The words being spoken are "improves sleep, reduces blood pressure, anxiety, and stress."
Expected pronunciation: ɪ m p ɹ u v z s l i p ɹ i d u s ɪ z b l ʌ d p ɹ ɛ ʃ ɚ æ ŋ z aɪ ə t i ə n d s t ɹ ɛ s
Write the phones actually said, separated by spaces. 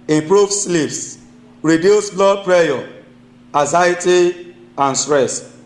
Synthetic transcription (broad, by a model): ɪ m p ɹ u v s l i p ɹ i d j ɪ s b l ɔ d p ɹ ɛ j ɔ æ z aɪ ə t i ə n s t ɹ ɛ s